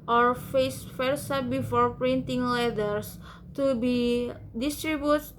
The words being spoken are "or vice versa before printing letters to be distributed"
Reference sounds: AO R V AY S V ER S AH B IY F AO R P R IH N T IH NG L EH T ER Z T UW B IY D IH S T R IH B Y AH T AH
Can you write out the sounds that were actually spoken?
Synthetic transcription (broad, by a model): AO R F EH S F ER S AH B IY F AO R P R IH N T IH NG L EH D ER S T UW B IY D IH S T R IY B Y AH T